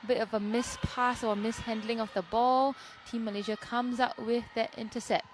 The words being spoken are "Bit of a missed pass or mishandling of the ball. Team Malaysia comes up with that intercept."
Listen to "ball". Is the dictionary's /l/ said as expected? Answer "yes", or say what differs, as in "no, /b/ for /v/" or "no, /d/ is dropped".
yes